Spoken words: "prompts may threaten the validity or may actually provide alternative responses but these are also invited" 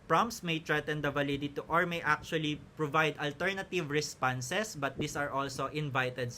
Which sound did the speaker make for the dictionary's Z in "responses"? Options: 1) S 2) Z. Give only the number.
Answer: 1